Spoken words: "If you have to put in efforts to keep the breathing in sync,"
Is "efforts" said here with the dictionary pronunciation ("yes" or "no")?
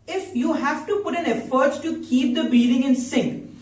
no